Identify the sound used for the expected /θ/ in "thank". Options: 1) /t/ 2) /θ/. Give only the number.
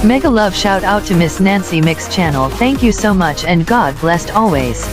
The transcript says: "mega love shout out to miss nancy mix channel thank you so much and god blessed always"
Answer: 2